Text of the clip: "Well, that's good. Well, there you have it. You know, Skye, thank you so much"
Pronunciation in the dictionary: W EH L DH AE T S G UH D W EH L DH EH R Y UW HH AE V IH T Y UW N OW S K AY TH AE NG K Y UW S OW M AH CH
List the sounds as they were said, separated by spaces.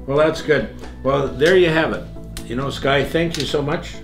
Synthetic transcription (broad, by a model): W EH L DH AE T S G UH D W EH L DH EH R Y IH HH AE V IH T Y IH N OW S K AY TH AE NG K Y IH S OW M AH CH